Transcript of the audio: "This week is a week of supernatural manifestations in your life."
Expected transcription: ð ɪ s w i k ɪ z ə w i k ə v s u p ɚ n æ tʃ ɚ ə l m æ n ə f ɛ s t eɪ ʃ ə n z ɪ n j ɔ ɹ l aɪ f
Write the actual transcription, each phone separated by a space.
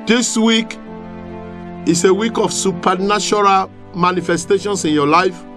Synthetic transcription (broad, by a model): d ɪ s w i k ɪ s ə w i k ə f s u p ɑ n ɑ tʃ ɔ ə l m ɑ n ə f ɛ s t eɪ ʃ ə n s ɪ n j ɔ l aɪ f